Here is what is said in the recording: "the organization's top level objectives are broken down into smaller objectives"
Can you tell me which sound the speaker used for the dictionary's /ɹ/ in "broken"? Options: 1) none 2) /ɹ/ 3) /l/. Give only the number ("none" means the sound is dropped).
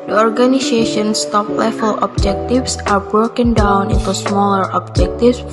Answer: 2